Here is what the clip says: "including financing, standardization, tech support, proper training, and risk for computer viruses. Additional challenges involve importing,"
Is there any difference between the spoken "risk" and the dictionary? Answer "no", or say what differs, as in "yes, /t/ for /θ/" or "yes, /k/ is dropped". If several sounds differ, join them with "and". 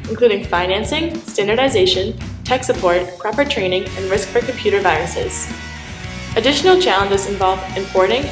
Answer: no